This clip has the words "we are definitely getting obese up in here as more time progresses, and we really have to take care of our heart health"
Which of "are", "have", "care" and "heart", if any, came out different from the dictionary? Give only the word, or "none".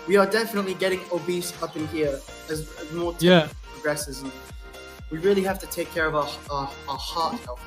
have